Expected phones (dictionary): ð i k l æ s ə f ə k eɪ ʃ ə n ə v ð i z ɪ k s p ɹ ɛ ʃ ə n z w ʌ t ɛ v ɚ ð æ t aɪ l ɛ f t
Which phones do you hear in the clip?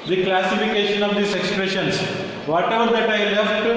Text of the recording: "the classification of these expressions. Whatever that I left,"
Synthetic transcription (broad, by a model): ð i k l æ s ə f ə k eɪ ʃ ə n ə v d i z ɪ k s p ɹ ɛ ʃ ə n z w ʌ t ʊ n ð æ t aɪ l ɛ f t